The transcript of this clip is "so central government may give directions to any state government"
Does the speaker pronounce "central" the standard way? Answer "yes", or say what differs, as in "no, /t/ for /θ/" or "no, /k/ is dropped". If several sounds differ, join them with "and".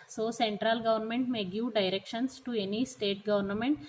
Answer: yes